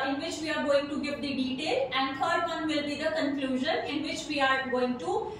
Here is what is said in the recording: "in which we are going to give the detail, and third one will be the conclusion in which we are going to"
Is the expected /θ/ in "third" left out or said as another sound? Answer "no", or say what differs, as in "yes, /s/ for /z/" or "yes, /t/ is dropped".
yes, /f/ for /θ/